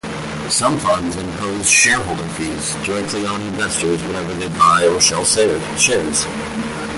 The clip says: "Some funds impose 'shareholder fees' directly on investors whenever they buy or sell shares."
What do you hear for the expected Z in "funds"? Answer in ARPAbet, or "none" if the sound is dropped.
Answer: Z